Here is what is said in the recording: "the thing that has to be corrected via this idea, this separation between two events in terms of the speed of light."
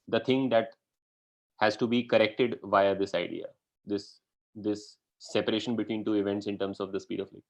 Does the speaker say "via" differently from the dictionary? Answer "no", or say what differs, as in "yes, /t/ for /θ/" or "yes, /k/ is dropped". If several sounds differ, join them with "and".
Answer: no